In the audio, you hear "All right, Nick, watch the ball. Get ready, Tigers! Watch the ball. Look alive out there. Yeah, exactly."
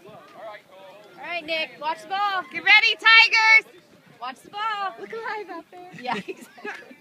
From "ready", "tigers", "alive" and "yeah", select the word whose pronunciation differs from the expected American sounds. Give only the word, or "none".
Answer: alive